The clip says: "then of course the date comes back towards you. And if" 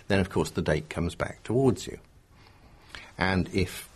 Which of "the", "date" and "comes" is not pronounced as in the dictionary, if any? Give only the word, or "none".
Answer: none